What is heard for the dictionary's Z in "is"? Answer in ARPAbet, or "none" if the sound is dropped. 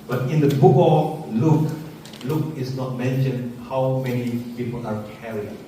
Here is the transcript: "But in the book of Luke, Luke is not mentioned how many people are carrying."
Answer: S